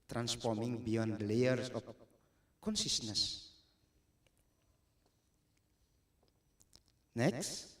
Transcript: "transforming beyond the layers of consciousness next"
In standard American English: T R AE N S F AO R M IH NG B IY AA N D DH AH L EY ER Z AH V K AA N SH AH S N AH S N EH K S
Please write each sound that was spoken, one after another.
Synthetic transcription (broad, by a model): T R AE N S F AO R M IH NG B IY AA N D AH L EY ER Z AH P K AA N S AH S N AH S N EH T